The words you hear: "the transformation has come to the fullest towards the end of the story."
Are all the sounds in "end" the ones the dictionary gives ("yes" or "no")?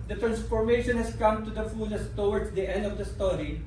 yes